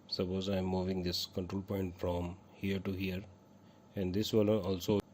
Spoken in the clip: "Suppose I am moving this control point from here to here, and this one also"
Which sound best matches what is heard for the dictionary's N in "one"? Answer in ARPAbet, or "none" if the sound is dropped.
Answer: L